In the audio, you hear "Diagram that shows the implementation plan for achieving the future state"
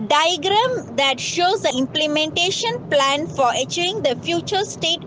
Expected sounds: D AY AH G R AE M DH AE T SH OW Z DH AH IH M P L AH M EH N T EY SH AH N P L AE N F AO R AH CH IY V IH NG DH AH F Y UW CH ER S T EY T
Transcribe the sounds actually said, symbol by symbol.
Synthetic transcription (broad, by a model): D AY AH G R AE M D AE T SH OW Z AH IH M P L AH M EH N T EY SH AH N P L AE N F AO R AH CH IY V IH NG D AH F Y UW CH ER S T EY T